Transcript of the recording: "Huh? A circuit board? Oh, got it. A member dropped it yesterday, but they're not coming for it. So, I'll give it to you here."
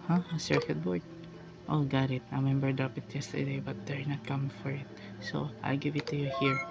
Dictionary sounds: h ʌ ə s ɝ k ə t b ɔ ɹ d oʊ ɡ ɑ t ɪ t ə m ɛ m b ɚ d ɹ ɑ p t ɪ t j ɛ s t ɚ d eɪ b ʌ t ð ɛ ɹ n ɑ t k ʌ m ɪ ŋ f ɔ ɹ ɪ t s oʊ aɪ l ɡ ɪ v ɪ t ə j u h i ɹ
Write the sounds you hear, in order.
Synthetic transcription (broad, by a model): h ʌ ə s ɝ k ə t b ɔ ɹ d oʊ ɡ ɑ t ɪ t ə m ɛ m b ɚ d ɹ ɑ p ɪ t j ɛ s t ɚ d eɪ b ʌ t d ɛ ɹ n ɑ t k ʌ m ɪ ŋ f ɔ ɹ ɪ t s oʊ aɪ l ɡ ɪ v ɪ t ə j u h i ɹ